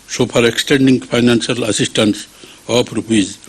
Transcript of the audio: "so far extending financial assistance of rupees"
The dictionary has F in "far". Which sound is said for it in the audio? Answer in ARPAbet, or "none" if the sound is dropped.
P